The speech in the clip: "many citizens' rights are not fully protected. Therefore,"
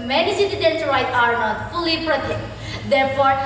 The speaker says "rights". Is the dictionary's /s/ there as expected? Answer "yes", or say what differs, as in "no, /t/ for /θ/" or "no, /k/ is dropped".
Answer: no, /s/ is dropped